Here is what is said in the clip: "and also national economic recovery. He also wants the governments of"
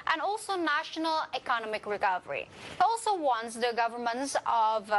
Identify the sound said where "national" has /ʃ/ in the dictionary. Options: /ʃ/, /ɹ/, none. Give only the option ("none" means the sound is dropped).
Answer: /ʃ/